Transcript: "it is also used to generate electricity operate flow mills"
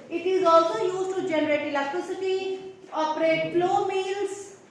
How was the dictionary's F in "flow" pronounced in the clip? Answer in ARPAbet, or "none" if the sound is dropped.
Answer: P